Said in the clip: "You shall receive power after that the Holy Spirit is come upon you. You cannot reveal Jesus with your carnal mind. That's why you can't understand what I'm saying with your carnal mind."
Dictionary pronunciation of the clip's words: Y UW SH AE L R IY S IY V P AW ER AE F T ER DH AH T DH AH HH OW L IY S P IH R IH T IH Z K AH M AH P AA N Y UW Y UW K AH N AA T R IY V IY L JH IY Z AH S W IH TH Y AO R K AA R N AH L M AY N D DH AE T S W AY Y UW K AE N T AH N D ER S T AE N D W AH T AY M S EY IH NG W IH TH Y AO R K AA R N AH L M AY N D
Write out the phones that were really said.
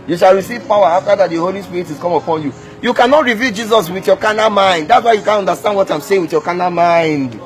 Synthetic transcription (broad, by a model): Y UW SH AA L R IY S IY V P AW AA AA F T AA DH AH T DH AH HH OW L IY S P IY R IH T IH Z K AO M AH P AA N Y UW Y UW K AH N AA T R IY V IY L JH IY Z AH S W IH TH Y AO K AA N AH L M AY N D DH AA T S W AY Y UW K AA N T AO N D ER S T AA N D W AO T AY M S EY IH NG W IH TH Y AO K AA N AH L M AY N D